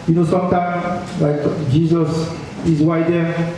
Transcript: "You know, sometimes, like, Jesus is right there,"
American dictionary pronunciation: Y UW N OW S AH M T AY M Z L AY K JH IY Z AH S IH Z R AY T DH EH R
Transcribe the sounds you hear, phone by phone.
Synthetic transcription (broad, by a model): Y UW N OW S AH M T AY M L AY K JH IY Z AH S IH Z W AY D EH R